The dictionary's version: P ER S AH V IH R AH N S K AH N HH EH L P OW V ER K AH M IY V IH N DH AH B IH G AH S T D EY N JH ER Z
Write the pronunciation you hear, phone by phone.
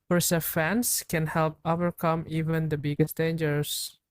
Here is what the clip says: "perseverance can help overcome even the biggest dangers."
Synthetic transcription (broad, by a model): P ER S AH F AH N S K AH N HH EH L P OW V ER K AH M IY V IH N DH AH B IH G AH S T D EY N JH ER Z